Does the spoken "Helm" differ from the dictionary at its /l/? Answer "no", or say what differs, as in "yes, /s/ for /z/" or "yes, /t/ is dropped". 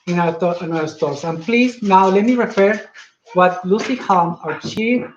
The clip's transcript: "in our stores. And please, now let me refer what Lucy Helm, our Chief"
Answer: yes, /l/ is dropped